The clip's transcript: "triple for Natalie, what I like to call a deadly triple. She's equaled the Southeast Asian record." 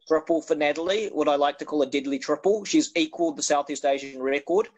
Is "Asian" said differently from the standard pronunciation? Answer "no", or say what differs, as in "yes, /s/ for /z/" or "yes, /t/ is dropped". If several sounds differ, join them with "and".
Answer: no